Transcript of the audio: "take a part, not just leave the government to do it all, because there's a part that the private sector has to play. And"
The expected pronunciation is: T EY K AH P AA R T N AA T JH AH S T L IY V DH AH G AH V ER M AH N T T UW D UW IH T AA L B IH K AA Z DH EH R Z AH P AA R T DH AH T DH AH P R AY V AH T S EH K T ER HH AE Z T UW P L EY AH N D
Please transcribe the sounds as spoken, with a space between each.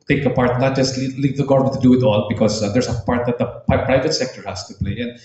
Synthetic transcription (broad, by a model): T EY K AH P AA R T N AA T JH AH S T L IY V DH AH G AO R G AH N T T UW D UW IH T AA L B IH K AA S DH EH R S AH P AA R T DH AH T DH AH P R AY V AH T S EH K T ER HH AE S T UW P L EY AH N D